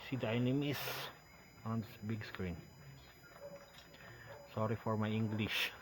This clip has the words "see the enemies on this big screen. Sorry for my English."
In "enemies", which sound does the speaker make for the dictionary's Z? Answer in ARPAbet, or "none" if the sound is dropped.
S